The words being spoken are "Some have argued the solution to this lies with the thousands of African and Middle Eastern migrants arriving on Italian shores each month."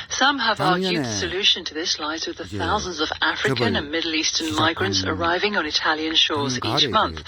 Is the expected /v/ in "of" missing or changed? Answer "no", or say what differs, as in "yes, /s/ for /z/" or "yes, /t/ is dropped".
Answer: no